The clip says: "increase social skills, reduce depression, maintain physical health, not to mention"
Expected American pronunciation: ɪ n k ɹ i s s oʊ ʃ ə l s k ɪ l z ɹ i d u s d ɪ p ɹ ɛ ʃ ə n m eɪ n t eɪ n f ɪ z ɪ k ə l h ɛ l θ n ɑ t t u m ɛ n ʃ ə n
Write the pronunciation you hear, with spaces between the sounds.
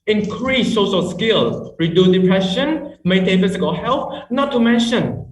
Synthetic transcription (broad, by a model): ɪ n k ɹ i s s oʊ s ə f s k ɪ l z ɹ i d u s d ɪ p ɹ ɛ ʃ ə n m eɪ t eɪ f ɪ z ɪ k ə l h ɛ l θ n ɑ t t u m ɛ n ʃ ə n